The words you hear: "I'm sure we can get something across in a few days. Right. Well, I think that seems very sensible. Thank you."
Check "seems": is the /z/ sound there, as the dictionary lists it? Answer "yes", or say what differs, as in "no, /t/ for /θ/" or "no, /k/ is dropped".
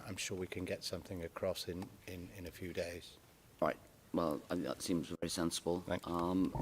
yes